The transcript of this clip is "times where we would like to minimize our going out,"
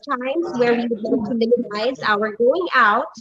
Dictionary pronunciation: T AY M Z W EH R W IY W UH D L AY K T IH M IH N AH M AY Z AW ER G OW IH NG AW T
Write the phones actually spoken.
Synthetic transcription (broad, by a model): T AY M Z W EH R W IY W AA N T IH M IH N AH M AY Z AW ER G OW IH NG AW T